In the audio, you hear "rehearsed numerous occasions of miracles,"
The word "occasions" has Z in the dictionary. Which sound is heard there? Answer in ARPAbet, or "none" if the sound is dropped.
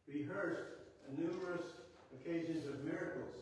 Z